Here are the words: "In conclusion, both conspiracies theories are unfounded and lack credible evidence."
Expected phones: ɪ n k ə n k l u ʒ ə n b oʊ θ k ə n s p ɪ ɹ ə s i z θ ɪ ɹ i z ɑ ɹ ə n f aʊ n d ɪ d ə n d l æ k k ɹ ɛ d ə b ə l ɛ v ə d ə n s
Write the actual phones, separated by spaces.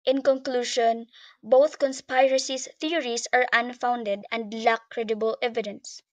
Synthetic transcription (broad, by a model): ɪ n k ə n k l u ʃ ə n b oʊ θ k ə n s p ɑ ɹ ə s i s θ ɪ ɹ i s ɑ ɹ ə n f aʊ n d ɪ d ə n d l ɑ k k ɹ ɛ d ə b ə l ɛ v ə d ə n s